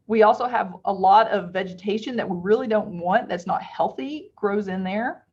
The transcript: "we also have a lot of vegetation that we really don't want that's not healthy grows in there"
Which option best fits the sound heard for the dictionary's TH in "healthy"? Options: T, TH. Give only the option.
TH